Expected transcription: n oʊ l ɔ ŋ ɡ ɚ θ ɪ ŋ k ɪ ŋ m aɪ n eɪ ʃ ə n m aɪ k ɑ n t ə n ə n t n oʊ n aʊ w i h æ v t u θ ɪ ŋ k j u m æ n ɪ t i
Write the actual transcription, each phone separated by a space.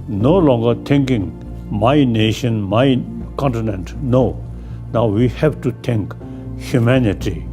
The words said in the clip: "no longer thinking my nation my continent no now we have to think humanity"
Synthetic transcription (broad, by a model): n oʊ l ɔ ŋ ɡ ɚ t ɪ ŋ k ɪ ŋ m aɪ n eɪ ʃ ə n m aɪ k ɑ n t ə n ə n t n oʊ n aʊ w i h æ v t u t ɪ ŋ k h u m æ n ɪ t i